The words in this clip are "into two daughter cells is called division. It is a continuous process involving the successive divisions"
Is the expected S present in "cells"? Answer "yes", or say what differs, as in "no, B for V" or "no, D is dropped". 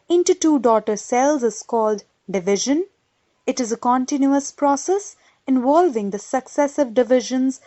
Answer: yes